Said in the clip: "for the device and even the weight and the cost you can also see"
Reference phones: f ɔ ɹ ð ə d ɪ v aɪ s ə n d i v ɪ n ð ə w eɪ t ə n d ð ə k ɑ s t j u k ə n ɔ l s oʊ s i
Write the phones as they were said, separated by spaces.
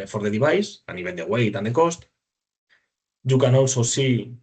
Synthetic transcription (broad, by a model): f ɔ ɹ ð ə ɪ b aɪ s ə n i b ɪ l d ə w eɪ t ə n d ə k ɑ s t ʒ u k ə n ɔ l s oʊ s i